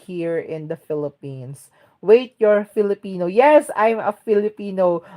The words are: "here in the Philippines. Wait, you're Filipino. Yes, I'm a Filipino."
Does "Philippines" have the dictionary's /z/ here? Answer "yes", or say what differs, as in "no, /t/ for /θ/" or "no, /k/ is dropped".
no, /s/ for /z/